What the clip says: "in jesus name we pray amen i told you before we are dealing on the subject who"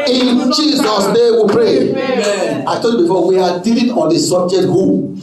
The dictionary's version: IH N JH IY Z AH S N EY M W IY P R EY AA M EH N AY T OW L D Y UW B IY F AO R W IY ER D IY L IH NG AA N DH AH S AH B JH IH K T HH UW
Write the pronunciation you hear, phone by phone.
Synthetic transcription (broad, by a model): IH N JH IY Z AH S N EY W IY P R EY AA IH T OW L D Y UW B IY F AO W IY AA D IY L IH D AA N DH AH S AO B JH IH T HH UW